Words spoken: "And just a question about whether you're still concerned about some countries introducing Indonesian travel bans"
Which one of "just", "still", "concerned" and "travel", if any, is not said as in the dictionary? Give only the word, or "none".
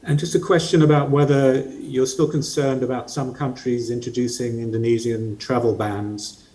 none